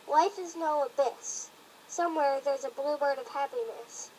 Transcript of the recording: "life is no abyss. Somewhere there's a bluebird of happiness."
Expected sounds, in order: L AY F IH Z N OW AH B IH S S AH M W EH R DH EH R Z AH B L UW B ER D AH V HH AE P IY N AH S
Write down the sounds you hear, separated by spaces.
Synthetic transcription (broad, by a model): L AY F IH Z N OW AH B IH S S AH M W EH R DH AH R Z AH B L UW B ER D AH V HH AE P IY N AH S